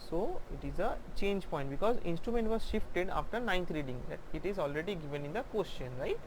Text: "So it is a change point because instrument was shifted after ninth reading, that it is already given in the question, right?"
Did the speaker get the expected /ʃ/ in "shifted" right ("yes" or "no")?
yes